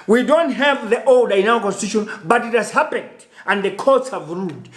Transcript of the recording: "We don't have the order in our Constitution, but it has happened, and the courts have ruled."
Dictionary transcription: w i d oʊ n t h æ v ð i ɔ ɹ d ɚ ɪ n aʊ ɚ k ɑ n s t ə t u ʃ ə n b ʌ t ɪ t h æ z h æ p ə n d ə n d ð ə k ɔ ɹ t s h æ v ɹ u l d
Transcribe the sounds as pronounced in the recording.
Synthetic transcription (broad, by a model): w i d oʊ n t h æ v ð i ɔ l d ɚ ɪ n aʊ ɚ k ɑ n s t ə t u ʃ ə n b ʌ t ɪ t h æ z h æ p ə n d ə n d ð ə k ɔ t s h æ v ɹ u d